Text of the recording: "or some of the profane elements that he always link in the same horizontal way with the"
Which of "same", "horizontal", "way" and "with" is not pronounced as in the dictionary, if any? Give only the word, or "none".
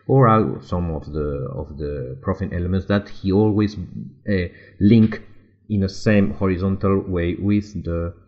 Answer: none